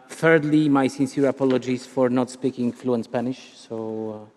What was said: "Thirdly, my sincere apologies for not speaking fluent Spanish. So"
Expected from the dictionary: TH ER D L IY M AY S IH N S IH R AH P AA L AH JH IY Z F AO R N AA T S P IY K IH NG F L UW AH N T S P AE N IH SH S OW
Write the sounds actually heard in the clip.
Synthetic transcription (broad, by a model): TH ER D L IY M AY S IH N S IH R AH P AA L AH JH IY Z F AO R N AA T S P IY K IH NG F L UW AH N S P AE N IH SH S OW